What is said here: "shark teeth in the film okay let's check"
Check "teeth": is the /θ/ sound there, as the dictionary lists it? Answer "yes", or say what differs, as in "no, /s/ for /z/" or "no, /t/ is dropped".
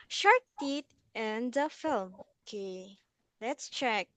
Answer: no, /t/ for /θ/